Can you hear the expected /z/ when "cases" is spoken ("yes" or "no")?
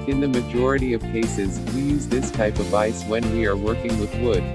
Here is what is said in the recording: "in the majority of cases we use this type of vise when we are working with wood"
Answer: yes